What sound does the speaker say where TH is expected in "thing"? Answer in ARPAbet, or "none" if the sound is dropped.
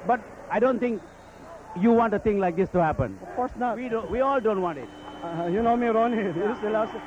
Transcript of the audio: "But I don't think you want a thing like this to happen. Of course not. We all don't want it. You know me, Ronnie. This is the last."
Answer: T